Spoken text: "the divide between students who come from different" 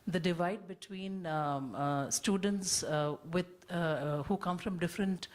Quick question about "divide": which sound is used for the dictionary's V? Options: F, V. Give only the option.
V